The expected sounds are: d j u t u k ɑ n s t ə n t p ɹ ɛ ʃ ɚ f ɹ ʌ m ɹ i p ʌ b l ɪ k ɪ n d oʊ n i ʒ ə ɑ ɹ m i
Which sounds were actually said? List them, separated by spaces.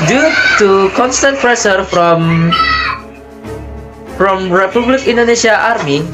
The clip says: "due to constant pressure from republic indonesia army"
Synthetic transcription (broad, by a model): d j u t u k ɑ n s t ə n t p ɹ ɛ s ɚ f ɹ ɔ m ɹ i p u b l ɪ k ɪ n d oʊ n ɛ ʃ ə ɑ ɹ m i